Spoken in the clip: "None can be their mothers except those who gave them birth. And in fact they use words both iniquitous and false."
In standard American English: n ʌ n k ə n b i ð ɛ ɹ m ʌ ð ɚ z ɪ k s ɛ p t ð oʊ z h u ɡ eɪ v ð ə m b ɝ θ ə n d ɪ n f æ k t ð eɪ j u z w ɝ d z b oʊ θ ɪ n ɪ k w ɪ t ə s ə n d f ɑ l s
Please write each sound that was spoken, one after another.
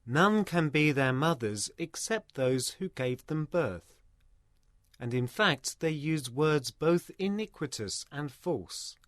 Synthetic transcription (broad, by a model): n ʌ n k ə n b i ð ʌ ɹ m ʌ ð ɚ z ɪ k s ɛ p t ð oʊ z h u ɡ eɪ v ð ə m b ɝ θ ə n ɪ n f æ k t ð eɪ j u z w ɝ d z b oʊ θ ɪ n ɪ k w ɪ t ə s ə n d f ɑ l s